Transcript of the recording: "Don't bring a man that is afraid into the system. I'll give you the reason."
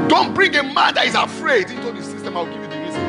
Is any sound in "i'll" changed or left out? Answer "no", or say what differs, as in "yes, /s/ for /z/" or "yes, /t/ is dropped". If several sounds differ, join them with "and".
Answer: yes, /w/ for /l/